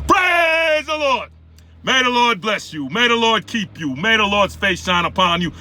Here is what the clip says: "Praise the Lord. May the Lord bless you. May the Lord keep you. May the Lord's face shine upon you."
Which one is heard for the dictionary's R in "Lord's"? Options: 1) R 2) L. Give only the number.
1